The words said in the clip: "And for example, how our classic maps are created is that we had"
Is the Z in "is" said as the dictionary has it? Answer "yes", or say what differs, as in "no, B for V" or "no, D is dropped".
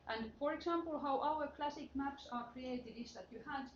no, S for Z